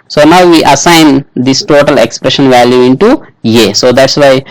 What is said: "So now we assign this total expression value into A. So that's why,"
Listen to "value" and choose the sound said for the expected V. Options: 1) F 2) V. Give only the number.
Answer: 2